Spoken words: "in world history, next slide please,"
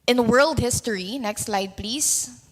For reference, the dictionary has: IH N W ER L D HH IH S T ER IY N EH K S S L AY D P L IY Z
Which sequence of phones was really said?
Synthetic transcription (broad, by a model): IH N W ER L D HH IH S T ER IY N EH K S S L AY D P L IY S